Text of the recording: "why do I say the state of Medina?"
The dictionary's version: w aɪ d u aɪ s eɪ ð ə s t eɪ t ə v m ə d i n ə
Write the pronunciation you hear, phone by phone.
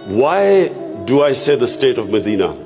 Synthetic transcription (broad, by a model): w aɪ d u aɪ s eɪ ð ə s t eɪ t ə v m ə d i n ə